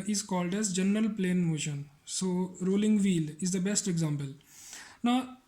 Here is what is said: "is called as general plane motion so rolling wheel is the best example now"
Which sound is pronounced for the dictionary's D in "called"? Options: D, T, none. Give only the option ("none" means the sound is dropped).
D